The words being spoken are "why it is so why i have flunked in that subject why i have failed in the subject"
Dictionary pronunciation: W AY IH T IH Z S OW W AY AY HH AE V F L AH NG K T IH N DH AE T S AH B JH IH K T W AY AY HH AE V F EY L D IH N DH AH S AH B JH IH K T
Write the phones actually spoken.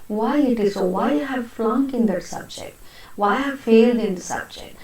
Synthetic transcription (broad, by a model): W AY IH T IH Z S OW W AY AY HH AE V F L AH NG K IH N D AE T S AH B JH IH K T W AY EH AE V F EY L D IH N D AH S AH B JH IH K T